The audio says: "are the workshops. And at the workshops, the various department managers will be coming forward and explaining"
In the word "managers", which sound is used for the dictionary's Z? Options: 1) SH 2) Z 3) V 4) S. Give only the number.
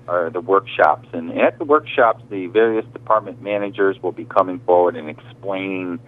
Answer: 2